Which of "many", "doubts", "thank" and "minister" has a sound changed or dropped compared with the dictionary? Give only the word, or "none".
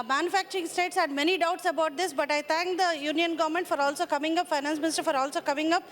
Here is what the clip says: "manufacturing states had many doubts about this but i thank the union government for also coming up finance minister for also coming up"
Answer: thank